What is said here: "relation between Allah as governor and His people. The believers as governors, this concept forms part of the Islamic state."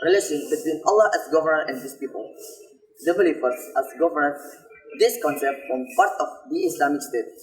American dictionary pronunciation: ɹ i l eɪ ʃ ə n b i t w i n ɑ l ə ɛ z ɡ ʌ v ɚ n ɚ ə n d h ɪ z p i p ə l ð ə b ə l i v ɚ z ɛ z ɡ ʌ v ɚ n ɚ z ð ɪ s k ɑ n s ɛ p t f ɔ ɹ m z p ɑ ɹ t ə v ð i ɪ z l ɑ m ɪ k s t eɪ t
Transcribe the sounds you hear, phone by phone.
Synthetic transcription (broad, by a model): ɹ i l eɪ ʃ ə n b i t w i n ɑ l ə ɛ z ɡ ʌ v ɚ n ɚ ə n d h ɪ s p i p ə l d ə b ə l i p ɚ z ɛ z ɡ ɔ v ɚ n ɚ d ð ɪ s k ɑ n s ɛ p t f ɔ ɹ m p ɑ ɹ t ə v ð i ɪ s l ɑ m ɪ k s t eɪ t